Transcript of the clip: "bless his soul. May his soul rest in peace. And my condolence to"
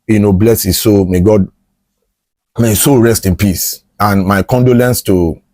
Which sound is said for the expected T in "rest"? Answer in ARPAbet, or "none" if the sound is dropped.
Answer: T